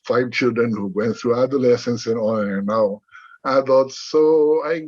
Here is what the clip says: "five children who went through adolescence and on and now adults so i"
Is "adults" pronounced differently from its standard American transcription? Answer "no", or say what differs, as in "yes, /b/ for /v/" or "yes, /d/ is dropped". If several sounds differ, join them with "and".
yes, /l/ is dropped